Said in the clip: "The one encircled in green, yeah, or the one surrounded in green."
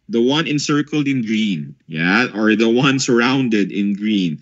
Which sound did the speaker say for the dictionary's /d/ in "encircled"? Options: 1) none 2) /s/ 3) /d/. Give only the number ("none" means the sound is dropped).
3